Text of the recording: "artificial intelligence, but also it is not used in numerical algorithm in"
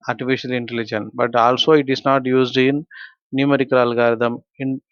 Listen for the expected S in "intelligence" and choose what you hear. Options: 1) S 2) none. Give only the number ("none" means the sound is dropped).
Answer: 2